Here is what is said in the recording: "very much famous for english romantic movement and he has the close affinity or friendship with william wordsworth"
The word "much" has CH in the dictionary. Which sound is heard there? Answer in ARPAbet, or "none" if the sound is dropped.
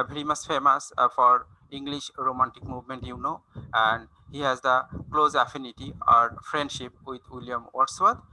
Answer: S